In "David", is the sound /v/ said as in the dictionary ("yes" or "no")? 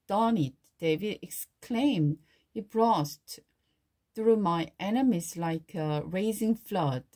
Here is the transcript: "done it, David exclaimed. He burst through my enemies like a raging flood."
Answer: yes